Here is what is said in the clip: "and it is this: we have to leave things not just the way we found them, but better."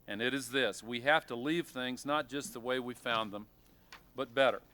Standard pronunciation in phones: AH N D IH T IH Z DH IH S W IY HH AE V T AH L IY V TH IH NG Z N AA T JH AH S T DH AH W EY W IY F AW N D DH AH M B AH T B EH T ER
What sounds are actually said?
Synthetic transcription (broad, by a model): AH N IH T IH Z DH IH S W IY HH AE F T AH L IY V TH IH NG Z N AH T JH AH S T DH AH W EY W IY F AW N DH AH M B AH T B EH T ER